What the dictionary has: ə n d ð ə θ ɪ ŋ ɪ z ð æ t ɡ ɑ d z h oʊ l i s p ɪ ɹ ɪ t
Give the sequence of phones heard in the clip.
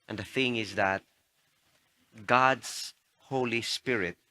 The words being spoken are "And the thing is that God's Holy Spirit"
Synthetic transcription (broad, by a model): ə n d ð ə θ ɪ ŋ ɪ z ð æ t ɡ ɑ d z h oʊ l i s p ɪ ɹ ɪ t